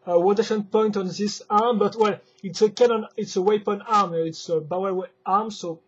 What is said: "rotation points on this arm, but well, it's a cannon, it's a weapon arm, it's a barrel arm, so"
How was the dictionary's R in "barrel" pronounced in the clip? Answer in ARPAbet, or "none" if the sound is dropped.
W